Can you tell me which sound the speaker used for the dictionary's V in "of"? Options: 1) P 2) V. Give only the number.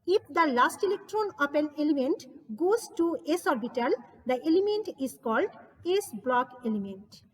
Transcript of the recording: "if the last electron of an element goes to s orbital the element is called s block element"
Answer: 1